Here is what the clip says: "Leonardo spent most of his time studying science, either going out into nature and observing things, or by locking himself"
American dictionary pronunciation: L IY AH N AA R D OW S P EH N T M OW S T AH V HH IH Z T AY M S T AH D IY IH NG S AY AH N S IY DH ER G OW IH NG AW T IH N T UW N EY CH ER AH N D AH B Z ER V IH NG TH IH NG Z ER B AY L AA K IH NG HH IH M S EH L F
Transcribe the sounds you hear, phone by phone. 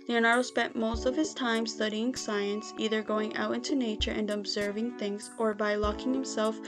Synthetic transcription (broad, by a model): L IY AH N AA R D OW S P EH N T M OW S T AH V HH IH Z T AY M S T AH D IY IH NG S AY AH N S IY DH ER G OW IH NG AW T IH N T UW N EY CH ER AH N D AH B Z ER V IH NG TH IH NG Z ER B AY L AA K IH NG HH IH M S EH L F